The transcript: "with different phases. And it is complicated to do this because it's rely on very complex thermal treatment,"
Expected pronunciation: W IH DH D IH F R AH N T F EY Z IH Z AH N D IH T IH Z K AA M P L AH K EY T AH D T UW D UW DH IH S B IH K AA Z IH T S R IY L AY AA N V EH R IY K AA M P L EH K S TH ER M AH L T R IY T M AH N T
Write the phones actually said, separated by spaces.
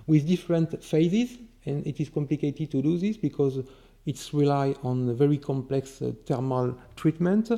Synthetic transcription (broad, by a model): W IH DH D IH F R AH N T F EY Z IH Z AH N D IH T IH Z K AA M P L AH K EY T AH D T UW D UW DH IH S B IH K AA Z IH T S R IY L AY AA N V EH R IY K AA M P L EH K S T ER M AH L T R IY T M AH N T